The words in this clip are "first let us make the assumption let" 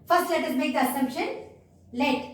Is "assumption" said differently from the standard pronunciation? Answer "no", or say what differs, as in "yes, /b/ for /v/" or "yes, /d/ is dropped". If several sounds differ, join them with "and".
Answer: no